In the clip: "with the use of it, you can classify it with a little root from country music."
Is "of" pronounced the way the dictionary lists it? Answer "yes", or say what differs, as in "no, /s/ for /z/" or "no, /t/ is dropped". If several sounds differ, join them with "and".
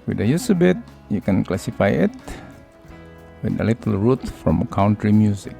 no, /b/ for /v/